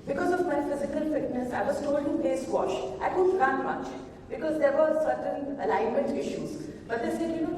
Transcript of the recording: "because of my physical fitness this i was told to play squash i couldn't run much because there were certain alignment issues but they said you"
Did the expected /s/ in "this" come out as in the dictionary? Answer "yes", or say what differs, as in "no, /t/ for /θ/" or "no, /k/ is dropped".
no, /s/ is dropped